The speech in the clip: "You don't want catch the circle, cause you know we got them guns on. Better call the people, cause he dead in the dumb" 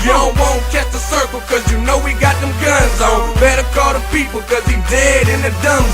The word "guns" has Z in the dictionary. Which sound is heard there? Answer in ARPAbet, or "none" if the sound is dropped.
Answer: Z